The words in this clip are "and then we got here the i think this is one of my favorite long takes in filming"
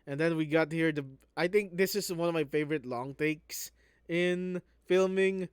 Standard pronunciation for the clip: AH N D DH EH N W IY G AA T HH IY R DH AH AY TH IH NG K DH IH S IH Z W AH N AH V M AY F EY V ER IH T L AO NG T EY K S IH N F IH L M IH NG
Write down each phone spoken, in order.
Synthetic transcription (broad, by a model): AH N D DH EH N W IY G AA T HH IY R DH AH AY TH IH NG K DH IH S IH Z W AH N AH V M AY F EY V ER IH T L AO NG T EY K S IH N F IH L M IH NG